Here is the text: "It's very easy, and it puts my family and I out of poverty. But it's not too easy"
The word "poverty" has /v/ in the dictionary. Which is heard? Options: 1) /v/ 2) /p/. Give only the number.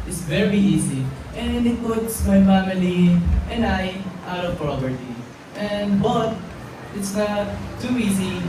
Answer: 2